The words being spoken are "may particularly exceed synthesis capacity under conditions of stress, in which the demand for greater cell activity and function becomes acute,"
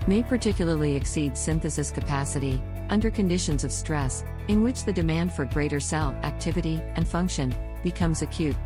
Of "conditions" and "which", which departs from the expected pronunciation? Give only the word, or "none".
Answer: none